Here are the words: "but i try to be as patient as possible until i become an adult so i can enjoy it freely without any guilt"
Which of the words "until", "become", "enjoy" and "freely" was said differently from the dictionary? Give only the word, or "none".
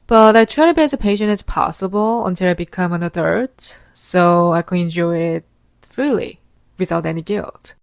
none